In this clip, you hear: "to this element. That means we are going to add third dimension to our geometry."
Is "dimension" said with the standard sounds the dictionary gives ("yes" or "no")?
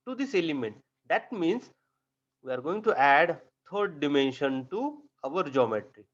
yes